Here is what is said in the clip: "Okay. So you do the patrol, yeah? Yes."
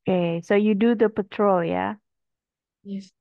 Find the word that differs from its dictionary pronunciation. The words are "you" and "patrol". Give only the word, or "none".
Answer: none